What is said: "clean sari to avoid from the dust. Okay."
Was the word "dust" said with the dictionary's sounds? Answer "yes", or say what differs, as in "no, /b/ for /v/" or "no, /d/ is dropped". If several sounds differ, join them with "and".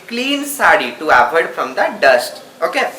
yes